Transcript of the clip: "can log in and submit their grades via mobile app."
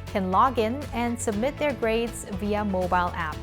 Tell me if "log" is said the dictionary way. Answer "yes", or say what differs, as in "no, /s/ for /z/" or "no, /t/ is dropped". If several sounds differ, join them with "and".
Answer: yes